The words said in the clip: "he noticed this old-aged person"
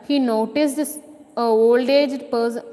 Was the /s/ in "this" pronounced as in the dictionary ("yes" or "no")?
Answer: no